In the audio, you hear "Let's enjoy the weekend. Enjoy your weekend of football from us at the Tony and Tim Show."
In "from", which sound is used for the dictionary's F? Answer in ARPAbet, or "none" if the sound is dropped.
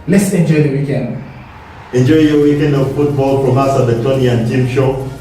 P